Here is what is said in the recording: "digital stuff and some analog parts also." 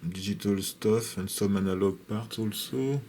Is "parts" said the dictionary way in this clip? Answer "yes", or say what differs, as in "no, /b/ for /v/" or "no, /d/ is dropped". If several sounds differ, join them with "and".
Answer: no, /s/ is dropped